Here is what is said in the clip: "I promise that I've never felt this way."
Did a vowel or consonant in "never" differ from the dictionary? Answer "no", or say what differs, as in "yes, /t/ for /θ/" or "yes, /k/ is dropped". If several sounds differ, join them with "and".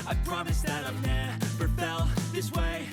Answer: yes, /p/ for /v/